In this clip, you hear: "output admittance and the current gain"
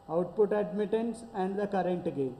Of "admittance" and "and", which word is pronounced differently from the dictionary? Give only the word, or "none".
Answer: none